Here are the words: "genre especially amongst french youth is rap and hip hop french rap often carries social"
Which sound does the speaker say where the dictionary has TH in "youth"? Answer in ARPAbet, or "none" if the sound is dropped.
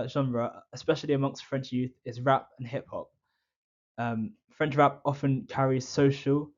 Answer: TH